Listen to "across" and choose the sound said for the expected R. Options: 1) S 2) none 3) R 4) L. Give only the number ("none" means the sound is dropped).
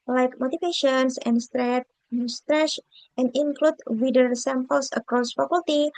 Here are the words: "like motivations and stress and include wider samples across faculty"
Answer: 3